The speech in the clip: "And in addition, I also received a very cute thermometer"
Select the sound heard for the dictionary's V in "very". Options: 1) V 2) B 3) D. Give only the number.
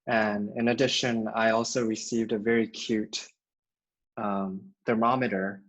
1